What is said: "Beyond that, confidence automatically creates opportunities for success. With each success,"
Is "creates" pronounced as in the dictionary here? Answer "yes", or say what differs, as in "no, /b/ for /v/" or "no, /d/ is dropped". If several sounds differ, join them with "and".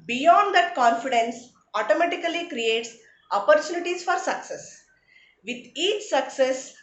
yes